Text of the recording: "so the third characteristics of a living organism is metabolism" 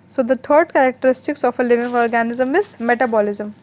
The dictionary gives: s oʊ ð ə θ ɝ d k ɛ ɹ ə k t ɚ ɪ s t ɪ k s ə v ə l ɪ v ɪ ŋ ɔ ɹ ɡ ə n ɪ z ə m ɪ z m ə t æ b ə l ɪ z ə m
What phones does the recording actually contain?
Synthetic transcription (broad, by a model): s oʊ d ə t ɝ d k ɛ ɹ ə k t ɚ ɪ s t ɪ k s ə f ə l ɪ v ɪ ŋ ɔ ɹ ɡ ə n ɪ z ə m ɪ z m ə t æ b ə l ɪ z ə m